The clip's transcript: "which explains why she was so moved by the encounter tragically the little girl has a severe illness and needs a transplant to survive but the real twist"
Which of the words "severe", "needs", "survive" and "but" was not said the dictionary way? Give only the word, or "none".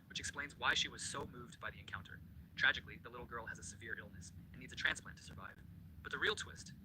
none